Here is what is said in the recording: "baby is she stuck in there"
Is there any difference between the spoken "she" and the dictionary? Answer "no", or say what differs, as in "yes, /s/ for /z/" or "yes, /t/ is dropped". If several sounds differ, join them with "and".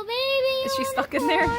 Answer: no